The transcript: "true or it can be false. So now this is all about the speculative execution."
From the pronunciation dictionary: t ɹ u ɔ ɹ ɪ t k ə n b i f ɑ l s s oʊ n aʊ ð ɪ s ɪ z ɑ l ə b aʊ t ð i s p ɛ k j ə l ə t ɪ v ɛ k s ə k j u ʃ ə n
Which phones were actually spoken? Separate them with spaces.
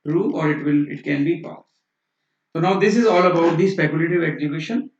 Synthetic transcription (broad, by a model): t ɹ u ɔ ɹ ɪ t k ə n b i p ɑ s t s oʊ n aʊ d ɪ s ɪ z ɑ l ə b aʊ t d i s p ɛ k j ə l ə t ɪ v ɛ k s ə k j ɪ ʃ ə n